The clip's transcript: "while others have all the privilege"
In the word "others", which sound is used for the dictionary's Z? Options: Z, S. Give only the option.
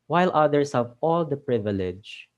S